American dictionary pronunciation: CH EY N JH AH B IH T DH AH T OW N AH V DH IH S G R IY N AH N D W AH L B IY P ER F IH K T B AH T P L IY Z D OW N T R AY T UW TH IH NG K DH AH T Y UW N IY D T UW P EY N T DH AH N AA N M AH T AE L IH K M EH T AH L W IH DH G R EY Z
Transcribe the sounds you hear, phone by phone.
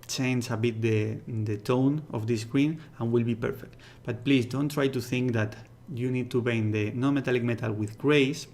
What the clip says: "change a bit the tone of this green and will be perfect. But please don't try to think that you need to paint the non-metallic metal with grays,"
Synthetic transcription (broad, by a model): CH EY N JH AH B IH T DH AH T OW N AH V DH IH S G R IY N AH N W AH L B IY P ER F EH K T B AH T P L IY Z D OW N T R AY T UW TH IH NG K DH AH T Y UW N IY D T UW B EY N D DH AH N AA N M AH T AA L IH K M EH T AH L W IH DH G R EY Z